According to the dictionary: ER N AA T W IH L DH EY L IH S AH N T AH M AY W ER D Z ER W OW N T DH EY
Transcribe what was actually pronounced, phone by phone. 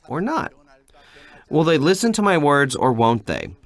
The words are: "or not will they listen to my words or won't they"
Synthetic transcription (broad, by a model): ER N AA T W IH L DH EY L IH S AH N T AH M AY W ER D Z ER W OW N T DH EY